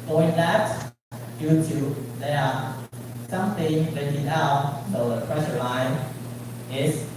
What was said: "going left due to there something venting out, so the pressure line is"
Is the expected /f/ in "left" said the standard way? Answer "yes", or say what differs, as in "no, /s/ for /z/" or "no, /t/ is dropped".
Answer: no, /f/ is dropped